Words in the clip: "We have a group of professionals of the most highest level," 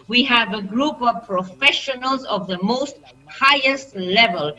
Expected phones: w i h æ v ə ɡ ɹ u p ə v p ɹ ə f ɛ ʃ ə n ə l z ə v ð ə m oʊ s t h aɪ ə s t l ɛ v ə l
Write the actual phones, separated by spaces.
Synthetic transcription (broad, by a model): w i h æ v ə ɡ ɹ u p ə v p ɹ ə f ɛ ʃ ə n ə l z ə v ð ə m oʊ s t h aɪ ə s t l ɛ v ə l